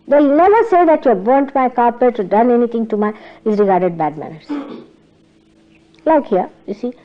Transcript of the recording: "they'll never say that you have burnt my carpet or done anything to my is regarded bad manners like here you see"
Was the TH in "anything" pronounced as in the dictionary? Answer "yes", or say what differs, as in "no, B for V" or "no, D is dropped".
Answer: no, T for TH